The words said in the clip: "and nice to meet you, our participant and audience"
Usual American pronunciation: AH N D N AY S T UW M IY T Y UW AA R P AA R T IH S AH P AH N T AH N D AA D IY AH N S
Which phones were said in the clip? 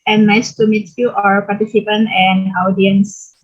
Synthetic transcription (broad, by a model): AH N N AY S T UW M IY T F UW AA R P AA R T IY S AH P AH N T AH N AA D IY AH N S